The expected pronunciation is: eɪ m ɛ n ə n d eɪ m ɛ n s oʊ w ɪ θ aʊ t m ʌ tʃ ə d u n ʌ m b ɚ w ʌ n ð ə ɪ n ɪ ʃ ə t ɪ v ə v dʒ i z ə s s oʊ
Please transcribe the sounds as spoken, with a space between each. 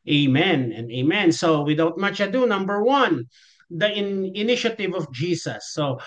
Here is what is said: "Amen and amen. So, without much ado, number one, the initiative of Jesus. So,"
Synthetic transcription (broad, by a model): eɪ m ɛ n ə n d eɪ m ɛ n s oʊ w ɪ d aʊ t m ʌ tʃ ə d u n ʌ m b ɚ w ʌ n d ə ɪ n ɪ ʃ ə t ɪ v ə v dʒ i s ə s s oʊ